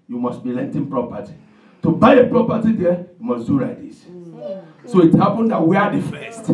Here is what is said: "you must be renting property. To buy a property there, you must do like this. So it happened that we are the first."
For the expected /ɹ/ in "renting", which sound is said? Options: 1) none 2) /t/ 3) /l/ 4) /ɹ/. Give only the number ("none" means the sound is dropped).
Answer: 3